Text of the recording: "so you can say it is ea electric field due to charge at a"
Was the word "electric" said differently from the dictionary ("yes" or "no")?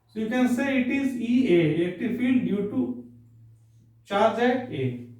yes